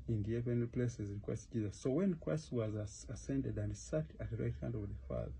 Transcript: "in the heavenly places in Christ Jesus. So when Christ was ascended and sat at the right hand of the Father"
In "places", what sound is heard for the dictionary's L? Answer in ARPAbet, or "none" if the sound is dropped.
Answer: L